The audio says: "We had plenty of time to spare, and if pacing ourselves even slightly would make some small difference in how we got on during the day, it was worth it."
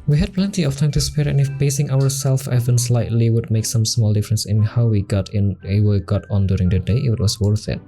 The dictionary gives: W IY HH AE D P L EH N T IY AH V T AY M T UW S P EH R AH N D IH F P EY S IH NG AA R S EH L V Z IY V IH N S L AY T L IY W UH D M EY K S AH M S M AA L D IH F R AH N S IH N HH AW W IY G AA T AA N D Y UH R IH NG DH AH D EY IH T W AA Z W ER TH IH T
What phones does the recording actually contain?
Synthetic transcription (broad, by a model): W IY HH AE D P L EH N T IY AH F T AY M T UW S P EH R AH N IH F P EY S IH NG AA R S EH L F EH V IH N S L AY T L IY W UH D M EY K S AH M S M AA L D IH F R AH N S IH N HH AW W IY G AA T AA N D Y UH R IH NG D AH D EY IH T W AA S W ER TH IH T